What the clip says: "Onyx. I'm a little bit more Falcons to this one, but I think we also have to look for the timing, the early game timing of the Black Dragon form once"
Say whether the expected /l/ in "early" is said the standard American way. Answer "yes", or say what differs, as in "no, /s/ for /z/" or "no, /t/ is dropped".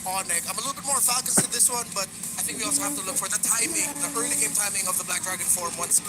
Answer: no, /l/ is dropped